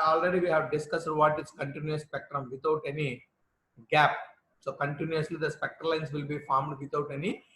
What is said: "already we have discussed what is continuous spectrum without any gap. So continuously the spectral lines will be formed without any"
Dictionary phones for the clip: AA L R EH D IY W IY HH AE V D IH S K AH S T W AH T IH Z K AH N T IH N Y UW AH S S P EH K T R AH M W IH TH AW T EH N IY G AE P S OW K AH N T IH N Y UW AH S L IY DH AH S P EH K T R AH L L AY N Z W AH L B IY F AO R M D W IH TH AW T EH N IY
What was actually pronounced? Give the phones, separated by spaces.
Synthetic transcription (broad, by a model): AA L R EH D IY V IY HH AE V D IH S K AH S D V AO T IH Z K AH N T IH N Y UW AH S S P EH K T R AH M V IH T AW T EH N IY G AE P S OW K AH N T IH N Y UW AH S L IY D AH S P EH K T AH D L AY N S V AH L B IY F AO R M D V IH T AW T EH N IY